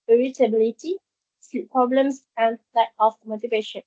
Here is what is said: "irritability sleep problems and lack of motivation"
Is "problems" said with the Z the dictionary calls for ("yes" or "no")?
no